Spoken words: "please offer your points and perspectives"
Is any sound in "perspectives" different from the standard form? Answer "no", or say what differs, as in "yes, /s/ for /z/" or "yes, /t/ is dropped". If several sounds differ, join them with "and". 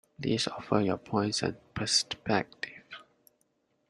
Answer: yes, /z/ is dropped